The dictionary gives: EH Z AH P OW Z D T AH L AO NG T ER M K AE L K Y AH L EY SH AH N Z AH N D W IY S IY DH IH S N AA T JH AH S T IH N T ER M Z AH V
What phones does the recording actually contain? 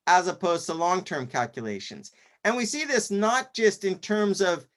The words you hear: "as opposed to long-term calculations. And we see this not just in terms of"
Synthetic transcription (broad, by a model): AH Z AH P OW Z T AH L AO NG T ER M K AE L K Y AH L EY SH AH N Z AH N W IY S IY DH IH S N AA T JH AH S T IH N T ER M Z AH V